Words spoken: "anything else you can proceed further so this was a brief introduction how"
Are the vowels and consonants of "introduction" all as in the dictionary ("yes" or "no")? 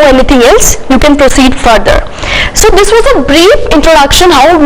yes